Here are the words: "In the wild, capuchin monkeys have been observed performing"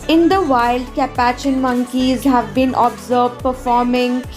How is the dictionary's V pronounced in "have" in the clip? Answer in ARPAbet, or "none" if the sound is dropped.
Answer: V